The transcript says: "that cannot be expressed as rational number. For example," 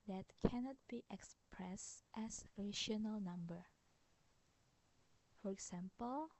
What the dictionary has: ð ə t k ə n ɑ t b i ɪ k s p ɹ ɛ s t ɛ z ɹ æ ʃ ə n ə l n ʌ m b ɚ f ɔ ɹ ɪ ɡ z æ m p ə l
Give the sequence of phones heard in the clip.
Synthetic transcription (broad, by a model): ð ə t k ə n ɑ t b i ɪ k s p ɹ ɛ s t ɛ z ɹ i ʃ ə n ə l n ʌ m b ɚ f ɔ ɹ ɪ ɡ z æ m p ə l